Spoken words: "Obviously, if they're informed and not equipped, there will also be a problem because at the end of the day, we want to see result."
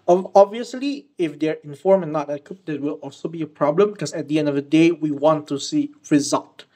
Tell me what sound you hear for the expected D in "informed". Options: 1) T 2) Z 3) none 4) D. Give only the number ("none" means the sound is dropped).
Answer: 3